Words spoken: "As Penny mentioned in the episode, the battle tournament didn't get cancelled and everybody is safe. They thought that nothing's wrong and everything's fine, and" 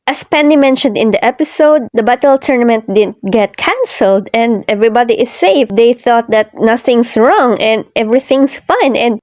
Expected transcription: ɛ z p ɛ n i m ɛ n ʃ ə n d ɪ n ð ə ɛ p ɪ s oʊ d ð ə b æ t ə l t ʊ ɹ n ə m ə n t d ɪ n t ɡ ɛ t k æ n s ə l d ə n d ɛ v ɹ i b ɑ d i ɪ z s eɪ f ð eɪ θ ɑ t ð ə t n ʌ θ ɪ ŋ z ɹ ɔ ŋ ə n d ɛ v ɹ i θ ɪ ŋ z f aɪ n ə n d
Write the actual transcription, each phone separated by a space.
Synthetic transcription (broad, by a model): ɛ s p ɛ n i m ɛ n ʃ ə n d ɪ n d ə ɛ p ɪ s oʊ d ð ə b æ t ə l t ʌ ɹ n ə m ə n t d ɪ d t ɡ ɛ t k æ n s ə l d ə n d ɛ v ɹ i b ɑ d i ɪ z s eɪ f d eɪ θ ɑ t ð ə t n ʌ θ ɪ ŋ s ɹ ɔ ŋ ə n d ɛ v ɹ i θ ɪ ŋ s f aɪ n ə n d